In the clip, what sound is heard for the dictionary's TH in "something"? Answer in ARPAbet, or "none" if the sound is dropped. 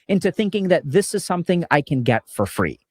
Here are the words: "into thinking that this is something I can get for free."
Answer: TH